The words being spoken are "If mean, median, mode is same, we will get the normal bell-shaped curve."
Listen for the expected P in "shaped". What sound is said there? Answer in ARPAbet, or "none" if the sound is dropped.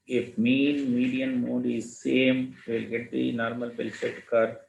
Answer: none